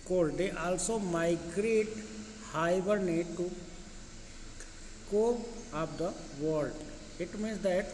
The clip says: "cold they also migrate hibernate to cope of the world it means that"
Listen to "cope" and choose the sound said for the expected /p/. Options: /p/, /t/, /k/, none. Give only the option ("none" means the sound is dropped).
none